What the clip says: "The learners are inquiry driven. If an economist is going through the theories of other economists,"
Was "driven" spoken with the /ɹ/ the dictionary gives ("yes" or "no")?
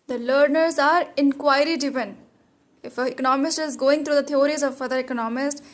no